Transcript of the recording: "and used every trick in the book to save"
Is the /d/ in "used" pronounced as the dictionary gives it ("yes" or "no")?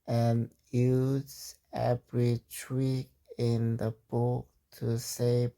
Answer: no